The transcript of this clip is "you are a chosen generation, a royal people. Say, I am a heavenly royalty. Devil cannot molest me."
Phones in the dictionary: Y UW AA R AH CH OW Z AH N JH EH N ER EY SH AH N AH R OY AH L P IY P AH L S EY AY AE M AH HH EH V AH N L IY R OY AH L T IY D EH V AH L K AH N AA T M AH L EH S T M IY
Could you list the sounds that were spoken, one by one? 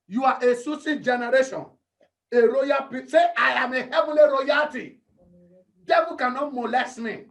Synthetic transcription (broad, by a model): Y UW AA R AH S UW S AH JH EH N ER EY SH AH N AH R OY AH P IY S EY AY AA M AH HH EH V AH L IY R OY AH T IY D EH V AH K AH N AA T M AH L EH S T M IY